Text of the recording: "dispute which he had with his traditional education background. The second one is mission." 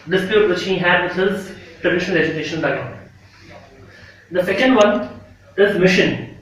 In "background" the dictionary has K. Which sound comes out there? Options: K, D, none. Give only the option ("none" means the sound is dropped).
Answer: none